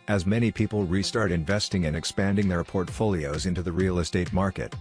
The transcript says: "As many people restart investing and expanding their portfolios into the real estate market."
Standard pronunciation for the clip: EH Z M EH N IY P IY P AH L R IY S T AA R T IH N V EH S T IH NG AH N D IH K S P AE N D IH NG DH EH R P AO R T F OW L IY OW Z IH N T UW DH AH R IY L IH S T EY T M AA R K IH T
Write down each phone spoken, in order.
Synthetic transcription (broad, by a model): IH Z M EH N IY P IY P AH L R IY S T AA R T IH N V EH S T IH NG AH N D IH K S P AE N D IH NG DH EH R P AO R T F OW L IY OW Z IH N T UW DH AH R IY L IH S T EY T M AA R K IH T